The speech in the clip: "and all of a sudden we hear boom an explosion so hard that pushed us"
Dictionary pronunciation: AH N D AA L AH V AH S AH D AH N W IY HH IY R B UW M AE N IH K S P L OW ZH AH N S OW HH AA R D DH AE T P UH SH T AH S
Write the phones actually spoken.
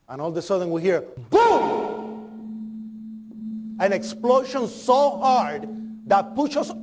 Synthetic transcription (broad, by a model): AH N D AA L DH AH S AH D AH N W IY HH IY R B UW AE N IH K S P L OW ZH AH N S OW HH AA R D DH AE T P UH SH AH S